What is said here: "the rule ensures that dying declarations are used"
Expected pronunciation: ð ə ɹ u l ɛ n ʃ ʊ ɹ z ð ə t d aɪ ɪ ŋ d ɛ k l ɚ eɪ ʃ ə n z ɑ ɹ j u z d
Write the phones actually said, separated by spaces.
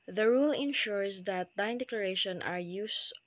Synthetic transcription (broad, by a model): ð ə ɹ u l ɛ n ʃ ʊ ɹ s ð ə t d aɪ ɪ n d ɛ k l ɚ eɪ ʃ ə n ɑ ɹ j u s